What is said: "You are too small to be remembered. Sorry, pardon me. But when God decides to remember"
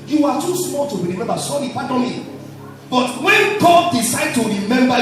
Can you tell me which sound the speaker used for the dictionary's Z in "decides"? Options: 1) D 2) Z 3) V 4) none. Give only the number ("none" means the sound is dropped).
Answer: 4